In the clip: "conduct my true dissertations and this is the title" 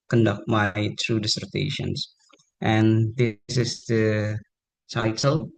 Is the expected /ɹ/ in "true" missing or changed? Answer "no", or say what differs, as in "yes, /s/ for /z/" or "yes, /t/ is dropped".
no